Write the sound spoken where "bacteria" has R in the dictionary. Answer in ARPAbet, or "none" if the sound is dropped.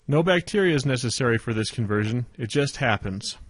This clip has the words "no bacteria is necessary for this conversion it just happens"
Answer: R